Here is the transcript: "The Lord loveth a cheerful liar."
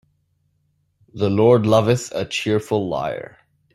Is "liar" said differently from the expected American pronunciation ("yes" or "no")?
no